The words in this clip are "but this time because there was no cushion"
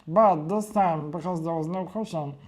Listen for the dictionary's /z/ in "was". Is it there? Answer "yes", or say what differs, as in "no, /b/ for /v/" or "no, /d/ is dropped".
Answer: yes